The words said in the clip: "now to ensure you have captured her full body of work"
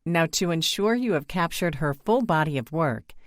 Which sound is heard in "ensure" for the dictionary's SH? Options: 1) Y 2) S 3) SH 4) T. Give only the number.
3